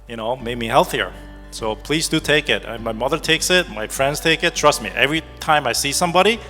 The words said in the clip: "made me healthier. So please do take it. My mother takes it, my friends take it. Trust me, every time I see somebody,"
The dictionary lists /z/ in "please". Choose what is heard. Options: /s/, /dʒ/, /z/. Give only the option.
/z/